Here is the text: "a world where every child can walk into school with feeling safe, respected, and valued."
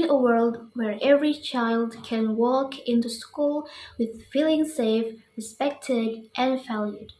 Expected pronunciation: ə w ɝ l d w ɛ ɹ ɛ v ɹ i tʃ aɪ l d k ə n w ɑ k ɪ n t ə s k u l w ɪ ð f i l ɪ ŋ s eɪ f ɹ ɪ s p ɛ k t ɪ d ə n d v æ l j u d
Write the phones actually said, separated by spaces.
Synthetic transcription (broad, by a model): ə w ɝ l d w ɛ ɹ ɛ v ɹ i tʃ aɪ l d k ə n w ɑ k ɪ n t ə s k u l w ɪ ð f i l ɪ ŋ s eɪ f ɹ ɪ s p ɛ k t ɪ d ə n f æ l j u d